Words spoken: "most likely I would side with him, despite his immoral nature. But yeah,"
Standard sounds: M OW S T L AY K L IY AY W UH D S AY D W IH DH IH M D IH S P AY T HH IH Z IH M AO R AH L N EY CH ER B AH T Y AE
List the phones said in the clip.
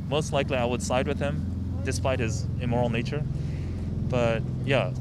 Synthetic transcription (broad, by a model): M OW S T L AY K L IY AY W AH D S AY D W IH DH IH M D IH S P AY T HH IH Z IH M AO R L N EY CH ER B AH T Y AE